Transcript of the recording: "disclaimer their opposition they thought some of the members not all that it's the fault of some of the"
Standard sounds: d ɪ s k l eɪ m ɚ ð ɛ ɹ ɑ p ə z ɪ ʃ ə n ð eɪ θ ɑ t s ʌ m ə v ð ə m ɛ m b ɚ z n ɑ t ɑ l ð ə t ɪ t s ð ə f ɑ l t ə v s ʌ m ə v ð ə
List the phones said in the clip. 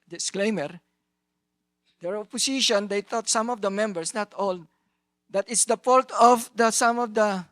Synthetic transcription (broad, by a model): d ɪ s k l eɪ m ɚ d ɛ ɹ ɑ p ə s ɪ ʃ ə n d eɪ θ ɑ t s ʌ m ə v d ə m ɛ m b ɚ s n ɑ t ɑ l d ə t ɪ t s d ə p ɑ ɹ t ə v s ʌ m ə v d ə